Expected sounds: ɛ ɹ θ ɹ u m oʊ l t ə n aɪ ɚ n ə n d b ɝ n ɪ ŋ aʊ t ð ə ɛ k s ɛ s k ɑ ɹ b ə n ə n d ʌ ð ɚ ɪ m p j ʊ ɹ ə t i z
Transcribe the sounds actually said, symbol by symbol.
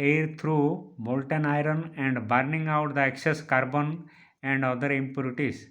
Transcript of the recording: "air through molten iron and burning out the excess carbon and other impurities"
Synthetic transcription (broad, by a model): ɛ ɹ t ɹ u m oʊ l t ə n aɪ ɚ n ə n d b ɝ n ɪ ŋ aʊ t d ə ɛ k s ɛ s k ɑ ɹ b ə n ə n d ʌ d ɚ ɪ m p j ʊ ɹ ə t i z